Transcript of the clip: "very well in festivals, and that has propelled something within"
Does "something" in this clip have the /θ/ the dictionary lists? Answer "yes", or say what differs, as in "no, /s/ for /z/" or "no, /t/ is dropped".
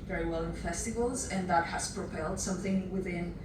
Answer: yes